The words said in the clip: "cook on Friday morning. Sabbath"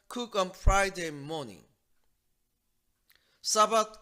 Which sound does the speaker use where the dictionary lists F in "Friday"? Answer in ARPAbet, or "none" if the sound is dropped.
F